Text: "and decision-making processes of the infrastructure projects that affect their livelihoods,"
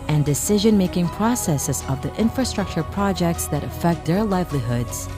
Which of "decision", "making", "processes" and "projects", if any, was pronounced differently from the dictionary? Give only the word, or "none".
none